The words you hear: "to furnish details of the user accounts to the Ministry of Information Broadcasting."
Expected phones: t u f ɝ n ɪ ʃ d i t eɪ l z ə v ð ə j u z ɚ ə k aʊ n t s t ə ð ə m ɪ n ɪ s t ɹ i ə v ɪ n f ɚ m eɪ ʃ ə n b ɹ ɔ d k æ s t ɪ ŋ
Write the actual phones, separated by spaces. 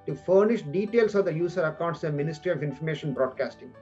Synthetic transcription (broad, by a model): t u f ɝ n ɪ ʃ d i t eɪ l s ə v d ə j u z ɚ ə k aʊ n t s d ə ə m ɪ n ɪ s t ɹ i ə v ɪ n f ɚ m eɪ ʃ ə n b ɹ ɔ d k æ s t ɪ ŋ